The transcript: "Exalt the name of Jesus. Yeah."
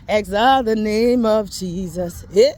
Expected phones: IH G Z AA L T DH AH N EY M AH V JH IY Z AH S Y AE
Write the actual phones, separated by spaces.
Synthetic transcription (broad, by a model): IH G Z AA DH AH N EY M AH V JH IY Z AH S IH